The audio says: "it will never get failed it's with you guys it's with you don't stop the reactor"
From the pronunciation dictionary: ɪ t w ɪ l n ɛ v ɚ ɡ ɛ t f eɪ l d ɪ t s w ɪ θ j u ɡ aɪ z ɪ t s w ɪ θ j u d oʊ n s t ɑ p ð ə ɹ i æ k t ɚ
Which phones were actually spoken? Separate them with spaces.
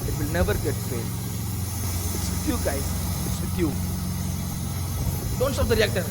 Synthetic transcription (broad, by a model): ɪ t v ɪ l n ɛ v ɚ ɡ ɛ t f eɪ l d ɪ t s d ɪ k j u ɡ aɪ ɪ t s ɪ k j u d oʊ n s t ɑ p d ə ɹ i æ k t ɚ